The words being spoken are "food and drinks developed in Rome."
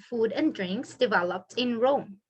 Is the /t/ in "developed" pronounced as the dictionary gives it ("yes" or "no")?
yes